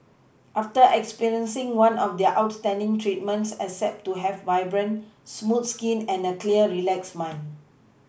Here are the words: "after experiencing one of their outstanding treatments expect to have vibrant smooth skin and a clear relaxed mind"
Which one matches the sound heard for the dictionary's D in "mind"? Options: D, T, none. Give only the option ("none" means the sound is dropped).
none